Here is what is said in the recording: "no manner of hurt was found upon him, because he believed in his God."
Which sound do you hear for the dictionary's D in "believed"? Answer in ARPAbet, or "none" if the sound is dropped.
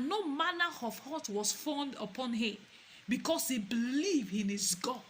none